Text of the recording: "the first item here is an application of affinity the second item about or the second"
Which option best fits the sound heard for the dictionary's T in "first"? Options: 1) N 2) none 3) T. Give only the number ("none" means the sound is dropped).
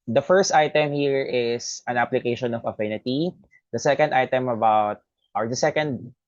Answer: 3